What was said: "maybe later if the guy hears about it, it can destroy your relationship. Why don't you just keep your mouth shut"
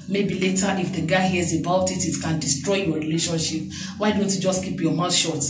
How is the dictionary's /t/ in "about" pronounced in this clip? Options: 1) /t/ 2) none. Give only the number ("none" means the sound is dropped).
1